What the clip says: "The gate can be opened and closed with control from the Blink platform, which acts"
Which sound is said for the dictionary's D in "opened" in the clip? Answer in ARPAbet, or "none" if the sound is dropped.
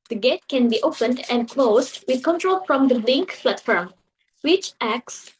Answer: D